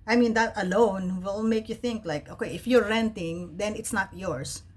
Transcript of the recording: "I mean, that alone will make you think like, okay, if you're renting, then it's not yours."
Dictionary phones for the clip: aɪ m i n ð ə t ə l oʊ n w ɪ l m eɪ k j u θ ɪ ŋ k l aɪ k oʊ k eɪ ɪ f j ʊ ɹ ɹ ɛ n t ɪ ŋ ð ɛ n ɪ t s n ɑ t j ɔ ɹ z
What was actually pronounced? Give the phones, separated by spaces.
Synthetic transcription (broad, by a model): aɪ m i n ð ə t ə l oʊ n w ɪ l m eɪ k j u θ ɪ ŋ k l aɪ k oʊ k eɪ ɪ f j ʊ ɹ ɹ ɛ n t ɪ ŋ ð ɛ n ɪ t s n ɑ t j ɔ ɹ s